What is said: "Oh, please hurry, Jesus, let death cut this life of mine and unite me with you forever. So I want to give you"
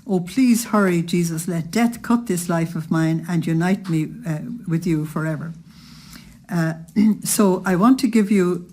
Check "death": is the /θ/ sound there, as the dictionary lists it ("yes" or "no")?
yes